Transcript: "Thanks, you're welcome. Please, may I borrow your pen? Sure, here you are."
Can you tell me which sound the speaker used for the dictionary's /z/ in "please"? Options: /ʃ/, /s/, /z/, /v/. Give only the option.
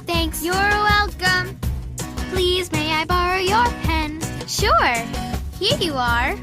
/z/